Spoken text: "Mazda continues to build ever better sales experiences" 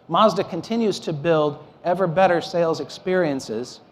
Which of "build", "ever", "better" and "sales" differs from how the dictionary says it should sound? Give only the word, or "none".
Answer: none